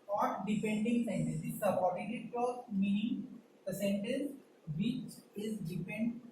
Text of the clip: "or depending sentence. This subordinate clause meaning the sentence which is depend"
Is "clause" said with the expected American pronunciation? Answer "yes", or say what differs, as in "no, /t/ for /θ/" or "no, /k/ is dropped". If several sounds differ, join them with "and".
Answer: no, /z/ is dropped